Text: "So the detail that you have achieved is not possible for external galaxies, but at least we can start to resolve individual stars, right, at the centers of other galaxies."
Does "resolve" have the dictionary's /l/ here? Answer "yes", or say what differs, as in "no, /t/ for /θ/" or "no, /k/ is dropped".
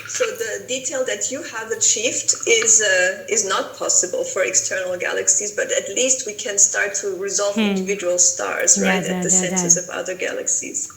yes